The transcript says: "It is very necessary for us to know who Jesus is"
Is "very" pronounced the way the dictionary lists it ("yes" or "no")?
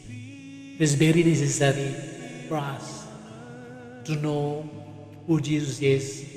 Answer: no